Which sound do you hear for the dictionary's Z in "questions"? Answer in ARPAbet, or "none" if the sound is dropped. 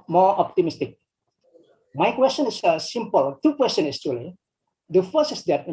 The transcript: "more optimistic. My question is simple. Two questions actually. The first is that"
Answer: none